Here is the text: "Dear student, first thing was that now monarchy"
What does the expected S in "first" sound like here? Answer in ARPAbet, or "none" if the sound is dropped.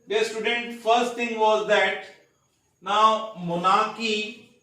S